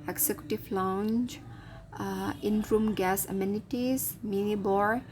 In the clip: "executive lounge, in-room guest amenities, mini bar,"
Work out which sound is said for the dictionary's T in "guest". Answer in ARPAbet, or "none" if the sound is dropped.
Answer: none